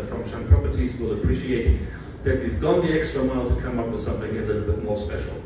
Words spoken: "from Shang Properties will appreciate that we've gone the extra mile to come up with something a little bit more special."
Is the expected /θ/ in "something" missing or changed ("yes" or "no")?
no